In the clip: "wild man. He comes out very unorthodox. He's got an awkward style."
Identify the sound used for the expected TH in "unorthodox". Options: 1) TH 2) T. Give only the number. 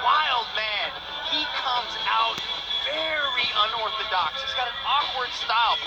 1